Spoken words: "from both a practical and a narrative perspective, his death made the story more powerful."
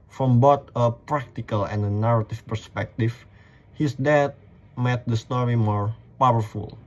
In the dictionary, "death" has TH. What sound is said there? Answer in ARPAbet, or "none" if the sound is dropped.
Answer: T